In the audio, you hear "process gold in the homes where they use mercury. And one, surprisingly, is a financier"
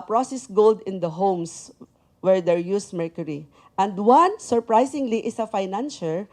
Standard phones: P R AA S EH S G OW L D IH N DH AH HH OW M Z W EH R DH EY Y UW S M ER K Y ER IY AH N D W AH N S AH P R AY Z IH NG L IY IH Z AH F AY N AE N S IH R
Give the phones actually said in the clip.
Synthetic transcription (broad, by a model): P R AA S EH S G OW L D IH N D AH HH OW M S W EH R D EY Y UW S M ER K Y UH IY AH N D W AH N S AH P R AY S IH NG L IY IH S AH F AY N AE N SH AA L